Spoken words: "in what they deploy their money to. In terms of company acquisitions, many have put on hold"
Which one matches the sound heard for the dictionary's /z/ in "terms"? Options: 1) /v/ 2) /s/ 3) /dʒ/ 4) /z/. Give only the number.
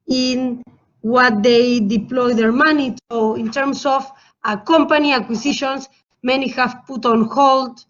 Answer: 2